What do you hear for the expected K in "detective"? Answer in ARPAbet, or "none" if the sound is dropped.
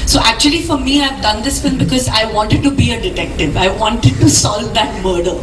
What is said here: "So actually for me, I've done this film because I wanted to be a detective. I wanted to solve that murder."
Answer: K